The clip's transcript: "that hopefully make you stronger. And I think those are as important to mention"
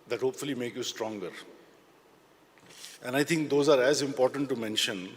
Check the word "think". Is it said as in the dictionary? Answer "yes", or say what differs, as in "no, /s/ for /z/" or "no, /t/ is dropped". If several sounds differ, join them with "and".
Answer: no, /t/ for /θ/